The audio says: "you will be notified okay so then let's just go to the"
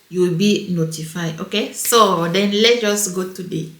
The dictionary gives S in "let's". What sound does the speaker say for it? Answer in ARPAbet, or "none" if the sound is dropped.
none